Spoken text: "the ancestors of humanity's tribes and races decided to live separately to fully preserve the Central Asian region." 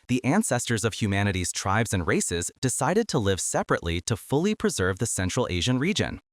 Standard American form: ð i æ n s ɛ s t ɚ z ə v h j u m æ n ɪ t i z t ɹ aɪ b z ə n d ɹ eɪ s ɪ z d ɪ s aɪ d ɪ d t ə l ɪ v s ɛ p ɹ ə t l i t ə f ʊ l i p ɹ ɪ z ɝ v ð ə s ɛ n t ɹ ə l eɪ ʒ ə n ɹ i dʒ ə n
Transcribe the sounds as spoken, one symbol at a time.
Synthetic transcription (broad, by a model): ð i æ n s ɛ s t ɚ z ə v h j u m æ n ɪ t i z t ɹ aɪ b z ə n ɹ eɪ s ɪ z d ɪ s aɪ d ɪ d t ə l ɪ v s ɛ p ɹ ə t l i t ə f ʊ l i p ɹ ɪ z ɝ v ð ə s ɛ n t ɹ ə l eɪ ʒ ə n ɹ i dʒ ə n